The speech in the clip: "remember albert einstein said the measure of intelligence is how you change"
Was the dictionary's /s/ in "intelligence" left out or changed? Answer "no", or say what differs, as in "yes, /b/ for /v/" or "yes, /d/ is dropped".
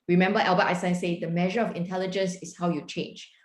no